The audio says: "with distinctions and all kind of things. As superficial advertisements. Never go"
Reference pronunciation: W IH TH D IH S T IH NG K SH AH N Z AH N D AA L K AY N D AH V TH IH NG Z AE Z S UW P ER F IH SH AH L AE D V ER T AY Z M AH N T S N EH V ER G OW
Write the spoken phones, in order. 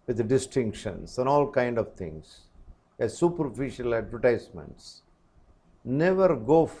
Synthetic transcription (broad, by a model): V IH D D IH S T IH NG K SH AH N S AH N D AA L K AY N D AH V T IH NG S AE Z S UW P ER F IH SH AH L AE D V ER T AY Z M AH N T S N EH V ER G OW